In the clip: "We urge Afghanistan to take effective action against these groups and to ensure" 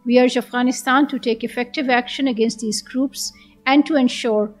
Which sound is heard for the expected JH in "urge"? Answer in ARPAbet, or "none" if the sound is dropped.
JH